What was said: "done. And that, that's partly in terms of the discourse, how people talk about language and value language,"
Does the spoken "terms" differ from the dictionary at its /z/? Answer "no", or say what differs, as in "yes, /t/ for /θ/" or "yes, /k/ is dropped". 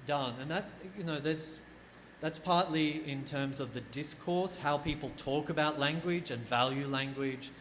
no